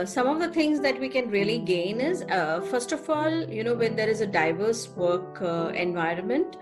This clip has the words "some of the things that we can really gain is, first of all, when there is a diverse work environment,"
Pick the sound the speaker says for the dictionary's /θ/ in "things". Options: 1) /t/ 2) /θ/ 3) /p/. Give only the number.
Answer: 1